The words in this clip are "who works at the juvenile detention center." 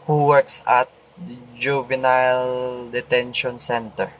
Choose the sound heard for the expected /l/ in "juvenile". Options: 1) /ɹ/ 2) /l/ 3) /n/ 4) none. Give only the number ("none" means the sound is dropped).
2